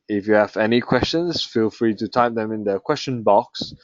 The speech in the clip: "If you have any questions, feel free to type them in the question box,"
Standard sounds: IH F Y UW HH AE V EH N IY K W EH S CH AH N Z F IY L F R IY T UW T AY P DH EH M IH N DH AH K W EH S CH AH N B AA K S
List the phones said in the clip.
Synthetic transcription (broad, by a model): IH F Y UW HH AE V EH N IY K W EH S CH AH N S F IY L F R IY T UW T AY P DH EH M IH N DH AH K W EH S CH AH N B AA K S